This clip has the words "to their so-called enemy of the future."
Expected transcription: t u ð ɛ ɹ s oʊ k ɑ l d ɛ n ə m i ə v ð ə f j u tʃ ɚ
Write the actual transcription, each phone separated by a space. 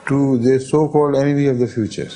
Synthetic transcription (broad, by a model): t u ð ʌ s oʊ k ɑ l d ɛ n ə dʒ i ə v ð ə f j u tʃ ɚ